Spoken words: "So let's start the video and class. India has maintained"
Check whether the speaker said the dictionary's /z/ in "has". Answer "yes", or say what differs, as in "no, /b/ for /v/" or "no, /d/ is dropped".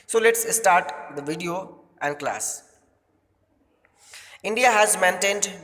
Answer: yes